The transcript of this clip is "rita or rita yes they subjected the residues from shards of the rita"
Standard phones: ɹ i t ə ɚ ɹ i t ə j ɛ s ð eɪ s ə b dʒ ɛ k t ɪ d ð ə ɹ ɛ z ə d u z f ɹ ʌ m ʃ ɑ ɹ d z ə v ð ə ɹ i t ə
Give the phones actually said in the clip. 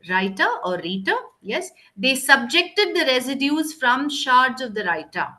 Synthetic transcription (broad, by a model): ɹ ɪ t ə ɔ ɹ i t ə j ɛ s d eɪ s ə b dʒ ɛ k t ɪ d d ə ɹ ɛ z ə d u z f ɹ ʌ m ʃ ɑ ɹ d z ə v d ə ɹ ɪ t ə